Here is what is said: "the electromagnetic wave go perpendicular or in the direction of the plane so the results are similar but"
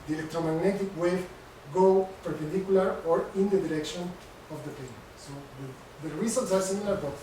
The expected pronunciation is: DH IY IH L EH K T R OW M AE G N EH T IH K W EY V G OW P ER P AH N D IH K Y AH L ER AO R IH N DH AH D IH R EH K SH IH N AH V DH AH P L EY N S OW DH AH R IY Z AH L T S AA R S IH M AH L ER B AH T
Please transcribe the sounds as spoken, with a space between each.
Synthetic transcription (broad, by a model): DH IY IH L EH K T R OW M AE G N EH T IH K W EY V G OW P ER P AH N D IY K Y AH L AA AO R IH N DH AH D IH R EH K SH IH N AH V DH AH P EY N S OW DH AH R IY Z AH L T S AA R S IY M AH L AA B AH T